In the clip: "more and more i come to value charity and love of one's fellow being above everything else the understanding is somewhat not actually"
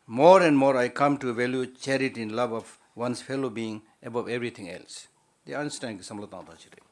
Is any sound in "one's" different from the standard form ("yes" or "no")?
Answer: yes